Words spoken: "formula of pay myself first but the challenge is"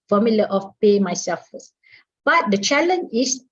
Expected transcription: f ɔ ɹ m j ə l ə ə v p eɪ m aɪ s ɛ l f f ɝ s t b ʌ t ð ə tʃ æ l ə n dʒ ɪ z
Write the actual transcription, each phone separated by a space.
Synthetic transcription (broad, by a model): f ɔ m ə l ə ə f p eɪ m aɪ s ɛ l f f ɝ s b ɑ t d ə tʃ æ l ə n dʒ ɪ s